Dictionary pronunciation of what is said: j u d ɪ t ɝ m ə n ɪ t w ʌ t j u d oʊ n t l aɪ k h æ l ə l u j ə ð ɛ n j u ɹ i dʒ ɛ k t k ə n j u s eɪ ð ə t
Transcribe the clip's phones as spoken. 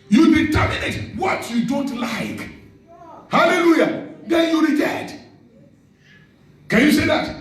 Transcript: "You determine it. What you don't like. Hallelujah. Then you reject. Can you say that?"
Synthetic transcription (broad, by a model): j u d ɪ t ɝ m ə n ɪ t w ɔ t j u d oʊ n t l aɪ k h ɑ l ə l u j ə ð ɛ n j u ɹ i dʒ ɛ t k ə n j u s eɪ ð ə t